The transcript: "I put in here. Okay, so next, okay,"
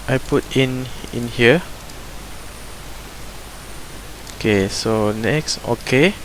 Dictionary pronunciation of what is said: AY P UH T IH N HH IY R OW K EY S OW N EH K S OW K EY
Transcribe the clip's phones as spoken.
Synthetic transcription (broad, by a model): AY P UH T IH N HH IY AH OW K EY S OW N EH K S OW K EY